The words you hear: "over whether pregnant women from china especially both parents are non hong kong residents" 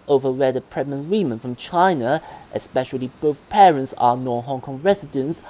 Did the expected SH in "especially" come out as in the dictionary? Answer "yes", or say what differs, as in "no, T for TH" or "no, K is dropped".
yes